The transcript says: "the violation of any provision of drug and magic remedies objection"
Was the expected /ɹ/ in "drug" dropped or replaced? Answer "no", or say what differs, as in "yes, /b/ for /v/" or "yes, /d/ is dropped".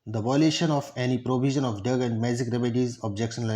yes, /ɹ/ is dropped